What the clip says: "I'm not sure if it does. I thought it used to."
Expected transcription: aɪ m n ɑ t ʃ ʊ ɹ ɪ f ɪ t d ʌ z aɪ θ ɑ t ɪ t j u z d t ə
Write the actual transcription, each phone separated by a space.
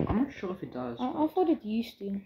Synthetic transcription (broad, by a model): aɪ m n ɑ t ʃ ʊ ɹ ɪ f ɪ t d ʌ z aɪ f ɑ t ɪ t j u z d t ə